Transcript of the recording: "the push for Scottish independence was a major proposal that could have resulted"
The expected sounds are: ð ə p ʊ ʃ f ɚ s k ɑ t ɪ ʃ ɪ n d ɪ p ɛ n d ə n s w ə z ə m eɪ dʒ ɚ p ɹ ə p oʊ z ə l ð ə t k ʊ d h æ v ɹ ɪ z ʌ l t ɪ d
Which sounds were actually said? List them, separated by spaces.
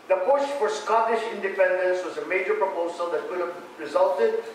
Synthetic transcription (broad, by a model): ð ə p ʊ ʃ f ɚ s k ɑ t ɪ ʃ ɪ n d ɪ p ɛ n d ə n s w ə z ə m eɪ dʒ ɚ p ɹ ə p oʊ z ə l ð ə t k ʊ d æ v ɹ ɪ z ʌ l t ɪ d